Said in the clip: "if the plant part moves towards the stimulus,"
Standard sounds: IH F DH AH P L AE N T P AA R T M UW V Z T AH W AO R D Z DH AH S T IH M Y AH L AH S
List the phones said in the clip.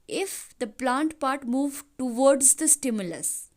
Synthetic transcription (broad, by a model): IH F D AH P L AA N T P AA R T M UW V T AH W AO R D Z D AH S T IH M Y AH L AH S